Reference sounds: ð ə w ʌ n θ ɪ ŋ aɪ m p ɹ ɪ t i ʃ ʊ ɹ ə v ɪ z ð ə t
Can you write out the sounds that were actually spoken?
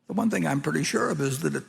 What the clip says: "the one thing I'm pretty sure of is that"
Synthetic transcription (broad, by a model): ð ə w ʌ n θ ɪ ŋ aɪ m p ɹ ɪ t i ʃ ʊ ɹ ə v ɪ z ð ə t